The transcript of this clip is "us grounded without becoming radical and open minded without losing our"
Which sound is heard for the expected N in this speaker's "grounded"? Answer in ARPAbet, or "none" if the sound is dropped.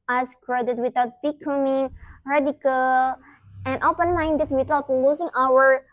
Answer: none